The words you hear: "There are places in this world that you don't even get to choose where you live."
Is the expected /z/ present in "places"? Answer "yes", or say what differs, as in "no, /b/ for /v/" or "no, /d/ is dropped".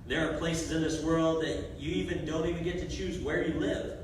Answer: yes